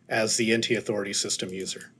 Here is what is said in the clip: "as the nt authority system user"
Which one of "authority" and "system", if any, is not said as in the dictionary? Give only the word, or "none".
none